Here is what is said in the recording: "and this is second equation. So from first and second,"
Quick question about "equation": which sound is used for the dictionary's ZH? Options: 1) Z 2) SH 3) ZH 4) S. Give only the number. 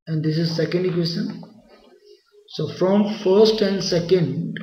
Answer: 4